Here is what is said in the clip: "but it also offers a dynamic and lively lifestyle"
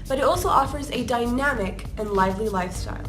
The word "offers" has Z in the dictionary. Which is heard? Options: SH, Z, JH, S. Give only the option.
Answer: Z